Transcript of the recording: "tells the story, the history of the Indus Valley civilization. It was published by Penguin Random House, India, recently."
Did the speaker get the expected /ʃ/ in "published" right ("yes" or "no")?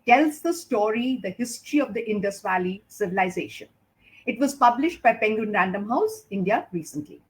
yes